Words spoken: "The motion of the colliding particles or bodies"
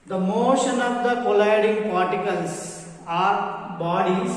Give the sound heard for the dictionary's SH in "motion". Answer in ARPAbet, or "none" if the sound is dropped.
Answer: SH